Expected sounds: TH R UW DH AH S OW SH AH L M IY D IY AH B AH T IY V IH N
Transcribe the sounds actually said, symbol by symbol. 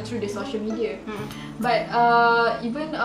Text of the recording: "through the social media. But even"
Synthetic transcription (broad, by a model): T R UW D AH S OW SH AH L M IY D IY AH B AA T IY V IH N